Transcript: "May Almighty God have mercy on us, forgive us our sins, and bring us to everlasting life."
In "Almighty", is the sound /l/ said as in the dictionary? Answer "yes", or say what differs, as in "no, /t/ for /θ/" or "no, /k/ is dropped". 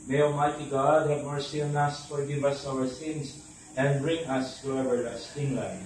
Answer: no, /l/ is dropped